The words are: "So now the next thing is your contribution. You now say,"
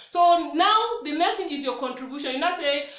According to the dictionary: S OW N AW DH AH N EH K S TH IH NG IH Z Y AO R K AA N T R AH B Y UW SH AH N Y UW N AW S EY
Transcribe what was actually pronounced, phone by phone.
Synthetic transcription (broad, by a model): S OW N AW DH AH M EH S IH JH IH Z Y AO K AA N T R AH B Y UW SH AH N Y UW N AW S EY